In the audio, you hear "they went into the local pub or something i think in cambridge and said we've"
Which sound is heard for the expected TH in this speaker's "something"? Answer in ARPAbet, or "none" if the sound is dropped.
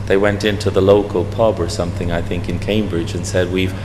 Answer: TH